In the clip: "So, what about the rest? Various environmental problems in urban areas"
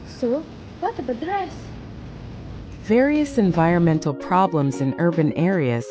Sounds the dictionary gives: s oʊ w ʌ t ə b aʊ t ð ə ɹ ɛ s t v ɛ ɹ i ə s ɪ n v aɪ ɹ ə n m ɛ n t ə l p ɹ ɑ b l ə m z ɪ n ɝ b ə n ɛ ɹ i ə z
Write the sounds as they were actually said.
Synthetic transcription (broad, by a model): s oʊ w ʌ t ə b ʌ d ɹ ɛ s v ɛ ɹ i ə s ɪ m v aɪ ɹ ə n m ɛ n t l p ɹ ɑ b l ə m z ɪ n ɝ b ə n ɛ ɹ i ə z